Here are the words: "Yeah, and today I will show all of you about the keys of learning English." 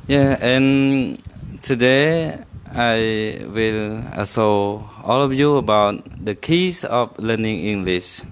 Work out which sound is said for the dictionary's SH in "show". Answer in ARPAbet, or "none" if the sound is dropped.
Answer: S